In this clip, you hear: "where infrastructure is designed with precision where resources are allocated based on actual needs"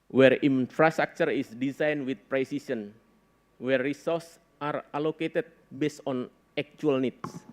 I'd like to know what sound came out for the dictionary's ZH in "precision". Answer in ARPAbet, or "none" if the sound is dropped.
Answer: S